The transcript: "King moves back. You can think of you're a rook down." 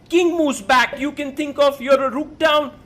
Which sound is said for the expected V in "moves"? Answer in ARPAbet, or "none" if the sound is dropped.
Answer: none